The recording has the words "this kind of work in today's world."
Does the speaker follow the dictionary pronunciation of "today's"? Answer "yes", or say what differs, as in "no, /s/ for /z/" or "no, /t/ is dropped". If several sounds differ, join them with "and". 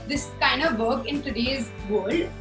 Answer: yes